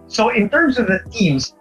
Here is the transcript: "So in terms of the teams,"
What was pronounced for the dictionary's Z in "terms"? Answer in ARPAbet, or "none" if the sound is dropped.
Z